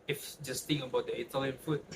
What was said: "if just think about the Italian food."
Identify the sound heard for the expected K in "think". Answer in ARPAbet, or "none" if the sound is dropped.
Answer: none